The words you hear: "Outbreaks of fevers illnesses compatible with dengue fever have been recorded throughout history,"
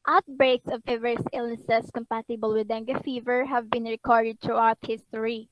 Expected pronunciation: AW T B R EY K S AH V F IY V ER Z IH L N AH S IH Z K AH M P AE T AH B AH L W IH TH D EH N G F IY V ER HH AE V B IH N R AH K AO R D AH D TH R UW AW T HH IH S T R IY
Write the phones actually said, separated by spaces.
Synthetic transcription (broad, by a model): AW T B R EY K S AH V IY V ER S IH L N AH S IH S K AH M P AE T AH B AH L W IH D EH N G F IY V ER HH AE V B IH N R AH K AO R D AH D T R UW AW T HH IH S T R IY